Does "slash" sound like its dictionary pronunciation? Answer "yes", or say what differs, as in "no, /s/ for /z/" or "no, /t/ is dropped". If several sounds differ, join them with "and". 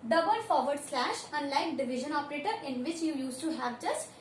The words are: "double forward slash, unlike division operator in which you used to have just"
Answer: yes